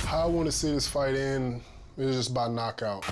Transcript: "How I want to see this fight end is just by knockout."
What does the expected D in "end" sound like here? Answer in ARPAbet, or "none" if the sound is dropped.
none